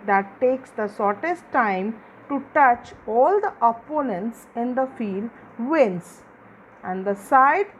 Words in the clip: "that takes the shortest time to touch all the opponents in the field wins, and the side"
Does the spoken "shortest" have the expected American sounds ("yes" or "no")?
no